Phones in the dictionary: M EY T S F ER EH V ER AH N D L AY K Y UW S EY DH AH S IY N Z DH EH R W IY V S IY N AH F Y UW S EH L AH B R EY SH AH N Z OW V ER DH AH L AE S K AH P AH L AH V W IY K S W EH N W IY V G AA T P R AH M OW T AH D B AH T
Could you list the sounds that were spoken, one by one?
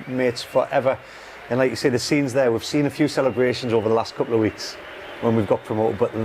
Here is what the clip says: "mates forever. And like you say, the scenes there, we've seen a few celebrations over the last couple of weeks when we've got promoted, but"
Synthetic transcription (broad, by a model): M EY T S F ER EH V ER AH N L AY K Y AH S EY DH AH S IY N Z DH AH W IY V S IY N AH F Y UW S EH L AH B R EY SH AH N Z OW V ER DH AH L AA S K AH P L AH V W IY K S W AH N W IY V G AA T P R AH M OW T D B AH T